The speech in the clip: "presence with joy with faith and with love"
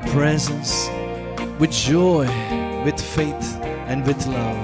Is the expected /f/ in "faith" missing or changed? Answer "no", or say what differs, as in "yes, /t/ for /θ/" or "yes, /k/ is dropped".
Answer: no